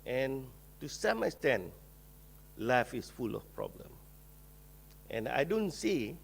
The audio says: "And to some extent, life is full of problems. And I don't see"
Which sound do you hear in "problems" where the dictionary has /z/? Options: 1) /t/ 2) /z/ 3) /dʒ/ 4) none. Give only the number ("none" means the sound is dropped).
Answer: 4